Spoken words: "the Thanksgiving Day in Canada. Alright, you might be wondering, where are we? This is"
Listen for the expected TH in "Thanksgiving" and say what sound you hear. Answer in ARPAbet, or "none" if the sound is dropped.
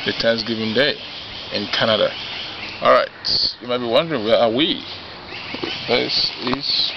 T